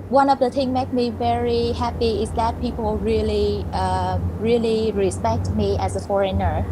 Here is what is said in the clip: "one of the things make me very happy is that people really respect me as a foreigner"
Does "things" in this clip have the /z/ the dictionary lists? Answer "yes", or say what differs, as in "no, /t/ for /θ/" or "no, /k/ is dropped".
no, /z/ is dropped